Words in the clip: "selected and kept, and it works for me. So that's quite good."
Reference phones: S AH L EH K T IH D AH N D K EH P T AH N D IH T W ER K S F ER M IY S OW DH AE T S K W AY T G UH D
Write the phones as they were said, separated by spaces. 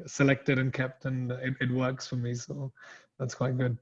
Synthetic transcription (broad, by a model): S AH L EH K T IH D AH N K EH P T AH N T IH T W ER K S F ER M IY S OW DH AE T S K W AY T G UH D